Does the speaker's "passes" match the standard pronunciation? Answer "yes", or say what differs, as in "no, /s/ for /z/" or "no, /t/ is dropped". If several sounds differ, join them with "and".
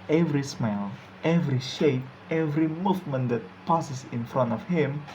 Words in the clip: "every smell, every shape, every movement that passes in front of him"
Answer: no, /s/ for /z/